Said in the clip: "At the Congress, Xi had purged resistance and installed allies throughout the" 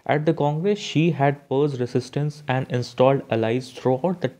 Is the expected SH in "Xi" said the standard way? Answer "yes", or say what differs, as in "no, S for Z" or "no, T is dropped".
yes